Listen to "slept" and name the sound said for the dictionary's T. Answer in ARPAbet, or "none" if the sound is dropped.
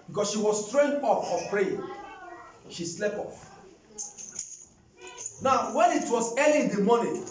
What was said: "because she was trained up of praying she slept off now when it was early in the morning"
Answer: none